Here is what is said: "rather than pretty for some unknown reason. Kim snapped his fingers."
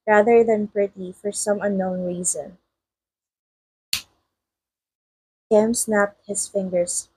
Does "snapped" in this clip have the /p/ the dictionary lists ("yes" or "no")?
yes